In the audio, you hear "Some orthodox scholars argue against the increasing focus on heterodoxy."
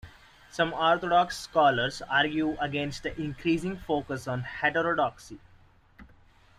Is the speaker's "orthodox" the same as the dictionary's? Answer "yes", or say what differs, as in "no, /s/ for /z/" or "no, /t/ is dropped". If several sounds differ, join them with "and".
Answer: no, /t/ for /θ/